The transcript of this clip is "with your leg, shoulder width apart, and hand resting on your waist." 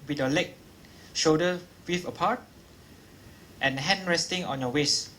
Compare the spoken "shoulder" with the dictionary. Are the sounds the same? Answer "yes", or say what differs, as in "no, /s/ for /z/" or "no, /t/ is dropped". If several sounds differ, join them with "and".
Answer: no, /l/ is dropped